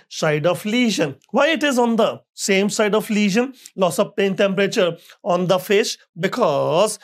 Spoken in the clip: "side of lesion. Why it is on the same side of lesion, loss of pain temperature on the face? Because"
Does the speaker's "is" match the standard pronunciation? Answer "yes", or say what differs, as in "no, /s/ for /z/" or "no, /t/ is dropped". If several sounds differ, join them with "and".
yes